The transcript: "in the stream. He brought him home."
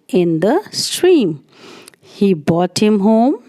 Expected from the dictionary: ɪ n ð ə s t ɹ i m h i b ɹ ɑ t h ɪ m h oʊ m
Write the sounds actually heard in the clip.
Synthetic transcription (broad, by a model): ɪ n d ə s t ɹ i m h i b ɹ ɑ t h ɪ m h oʊ m